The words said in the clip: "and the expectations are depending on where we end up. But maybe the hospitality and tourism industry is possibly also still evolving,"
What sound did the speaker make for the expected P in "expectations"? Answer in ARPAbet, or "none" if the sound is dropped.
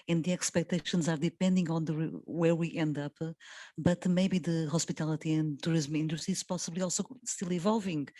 P